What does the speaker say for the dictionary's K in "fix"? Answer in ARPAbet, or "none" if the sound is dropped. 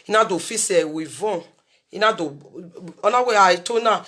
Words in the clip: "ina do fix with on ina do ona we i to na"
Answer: none